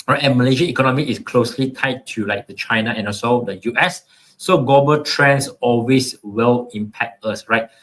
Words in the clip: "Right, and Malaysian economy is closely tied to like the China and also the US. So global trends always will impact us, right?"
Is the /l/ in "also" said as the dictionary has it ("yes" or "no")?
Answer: no